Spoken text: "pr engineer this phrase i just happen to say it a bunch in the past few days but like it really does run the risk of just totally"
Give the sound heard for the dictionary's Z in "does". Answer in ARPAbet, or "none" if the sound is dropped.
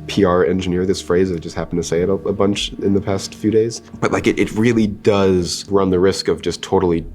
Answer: Z